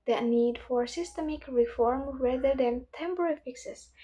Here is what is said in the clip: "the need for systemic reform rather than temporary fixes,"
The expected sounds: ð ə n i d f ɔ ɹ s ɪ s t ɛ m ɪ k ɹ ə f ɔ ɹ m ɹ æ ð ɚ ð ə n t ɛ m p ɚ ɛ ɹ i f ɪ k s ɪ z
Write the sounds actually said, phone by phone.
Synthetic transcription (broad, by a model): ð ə n i d f ɔ ɹ s ɪ s t ɛ m ɪ k ɹ ə f ɔ ɹ m w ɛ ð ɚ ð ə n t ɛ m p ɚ ɹ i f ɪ k s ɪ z